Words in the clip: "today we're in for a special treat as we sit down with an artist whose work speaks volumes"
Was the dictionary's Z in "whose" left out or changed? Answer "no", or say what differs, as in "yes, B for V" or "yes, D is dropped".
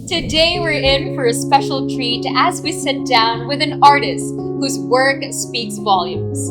no